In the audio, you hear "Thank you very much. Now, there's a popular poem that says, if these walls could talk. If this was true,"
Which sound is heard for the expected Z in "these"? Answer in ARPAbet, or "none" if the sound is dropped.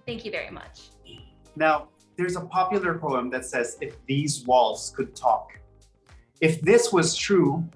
Z